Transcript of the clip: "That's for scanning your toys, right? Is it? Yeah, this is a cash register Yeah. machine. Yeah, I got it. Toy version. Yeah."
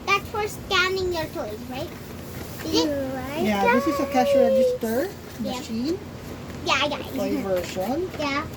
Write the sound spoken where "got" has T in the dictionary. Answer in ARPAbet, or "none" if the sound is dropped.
none